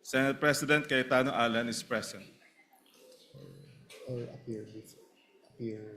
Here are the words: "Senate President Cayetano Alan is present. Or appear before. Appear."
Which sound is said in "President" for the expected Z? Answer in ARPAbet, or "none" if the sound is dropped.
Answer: S